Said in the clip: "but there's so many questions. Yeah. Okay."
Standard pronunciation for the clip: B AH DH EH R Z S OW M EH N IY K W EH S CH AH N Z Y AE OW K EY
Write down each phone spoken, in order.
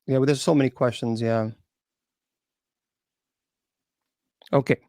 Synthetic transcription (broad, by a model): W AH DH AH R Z S OW M EH N IY K W EH S CH AH N Z Y AE OW K EY